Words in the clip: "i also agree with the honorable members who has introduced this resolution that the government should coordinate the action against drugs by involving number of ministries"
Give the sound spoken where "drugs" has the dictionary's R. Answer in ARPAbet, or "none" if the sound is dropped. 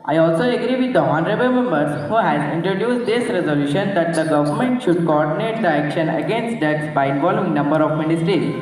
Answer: none